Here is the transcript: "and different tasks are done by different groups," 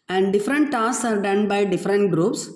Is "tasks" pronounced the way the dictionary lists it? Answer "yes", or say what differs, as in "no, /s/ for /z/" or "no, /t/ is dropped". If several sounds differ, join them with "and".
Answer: no, /k/ is dropped